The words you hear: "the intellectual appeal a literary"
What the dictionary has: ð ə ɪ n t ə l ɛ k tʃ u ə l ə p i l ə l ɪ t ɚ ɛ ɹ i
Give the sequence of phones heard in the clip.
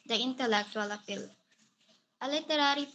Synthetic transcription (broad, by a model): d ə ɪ n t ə l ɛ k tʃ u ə l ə f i l ə l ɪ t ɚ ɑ ɹ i